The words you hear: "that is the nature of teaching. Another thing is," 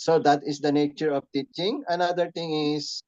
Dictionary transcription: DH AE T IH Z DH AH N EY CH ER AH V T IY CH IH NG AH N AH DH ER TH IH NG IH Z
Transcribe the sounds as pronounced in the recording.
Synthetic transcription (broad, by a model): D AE T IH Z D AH N EY CH ER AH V T IY CH IH NG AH N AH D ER T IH NG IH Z